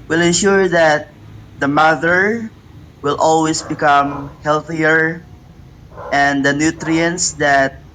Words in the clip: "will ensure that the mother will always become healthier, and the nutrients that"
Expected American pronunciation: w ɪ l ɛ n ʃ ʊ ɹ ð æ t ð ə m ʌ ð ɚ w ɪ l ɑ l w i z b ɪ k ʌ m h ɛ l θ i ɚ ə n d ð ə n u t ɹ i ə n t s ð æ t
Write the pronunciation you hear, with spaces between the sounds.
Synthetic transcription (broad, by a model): w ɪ l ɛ n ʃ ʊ ɹ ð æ t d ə m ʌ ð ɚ w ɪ l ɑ l w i s b ɪ k ʌ m h ɛ l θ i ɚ ə n d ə n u t ɹ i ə n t s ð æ t